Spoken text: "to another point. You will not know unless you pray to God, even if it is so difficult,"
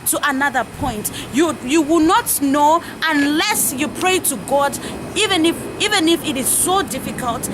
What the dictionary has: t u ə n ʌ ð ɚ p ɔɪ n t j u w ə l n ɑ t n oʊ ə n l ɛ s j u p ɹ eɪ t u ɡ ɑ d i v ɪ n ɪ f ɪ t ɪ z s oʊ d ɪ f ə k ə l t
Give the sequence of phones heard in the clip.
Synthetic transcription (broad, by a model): t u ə n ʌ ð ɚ p ɔɪ n t j u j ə w n ɑ t n oʊ ə n l ɛ s j u p ɹ eɪ t u ɡ ɑ d i v ɪ n ɪ f ɪ t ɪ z s oʊ d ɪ f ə k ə l t